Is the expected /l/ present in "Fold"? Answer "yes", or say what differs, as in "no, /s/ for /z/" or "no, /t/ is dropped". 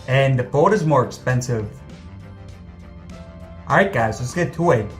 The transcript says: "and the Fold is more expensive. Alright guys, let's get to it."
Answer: no, /l/ is dropped